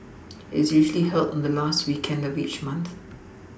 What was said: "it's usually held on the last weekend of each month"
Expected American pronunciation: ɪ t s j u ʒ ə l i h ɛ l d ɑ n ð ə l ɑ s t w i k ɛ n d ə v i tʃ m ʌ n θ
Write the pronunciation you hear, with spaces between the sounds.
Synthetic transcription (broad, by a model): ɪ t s j u ʒ ə l i h ɛ l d n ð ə l ɑ s t w i k ɛ n d ə v i tʃ m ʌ n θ